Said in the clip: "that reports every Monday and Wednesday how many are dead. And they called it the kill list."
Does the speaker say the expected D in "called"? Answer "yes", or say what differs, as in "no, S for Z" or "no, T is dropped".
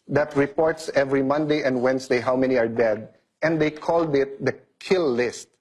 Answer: yes